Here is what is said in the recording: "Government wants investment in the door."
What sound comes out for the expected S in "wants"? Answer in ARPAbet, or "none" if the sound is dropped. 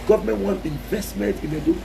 none